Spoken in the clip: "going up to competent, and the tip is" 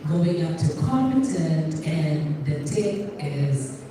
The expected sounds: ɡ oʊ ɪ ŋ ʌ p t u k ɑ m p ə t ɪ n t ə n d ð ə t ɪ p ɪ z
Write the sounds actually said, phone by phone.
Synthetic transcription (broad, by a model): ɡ oʊ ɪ ŋ ʌ p t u k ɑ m ə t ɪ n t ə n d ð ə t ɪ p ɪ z